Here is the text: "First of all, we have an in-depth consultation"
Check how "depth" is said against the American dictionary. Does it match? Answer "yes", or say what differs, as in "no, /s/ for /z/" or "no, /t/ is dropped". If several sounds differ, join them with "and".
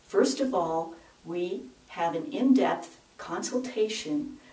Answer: yes